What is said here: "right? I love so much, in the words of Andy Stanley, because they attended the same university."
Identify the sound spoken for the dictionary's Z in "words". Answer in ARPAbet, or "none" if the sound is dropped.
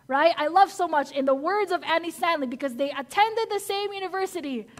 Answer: Z